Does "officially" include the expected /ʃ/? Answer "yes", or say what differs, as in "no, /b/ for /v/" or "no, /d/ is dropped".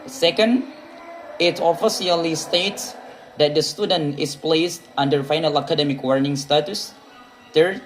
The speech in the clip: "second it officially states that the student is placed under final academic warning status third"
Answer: no, /s/ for /ʃ/